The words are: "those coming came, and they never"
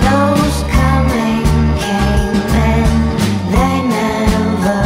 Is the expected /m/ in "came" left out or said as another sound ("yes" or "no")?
yes